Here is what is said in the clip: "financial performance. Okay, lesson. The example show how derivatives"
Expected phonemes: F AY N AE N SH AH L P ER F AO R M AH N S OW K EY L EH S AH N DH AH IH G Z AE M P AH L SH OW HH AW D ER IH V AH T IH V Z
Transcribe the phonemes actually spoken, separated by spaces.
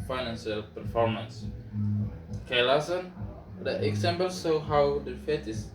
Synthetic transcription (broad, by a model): F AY N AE N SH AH L P ER F AO R M AH N S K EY L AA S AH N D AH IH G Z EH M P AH L S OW HH AW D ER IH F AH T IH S